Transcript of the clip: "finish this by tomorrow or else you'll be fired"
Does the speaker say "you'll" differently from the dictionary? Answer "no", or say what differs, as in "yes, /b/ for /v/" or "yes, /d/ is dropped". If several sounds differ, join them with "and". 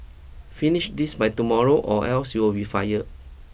yes, /w/ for /l/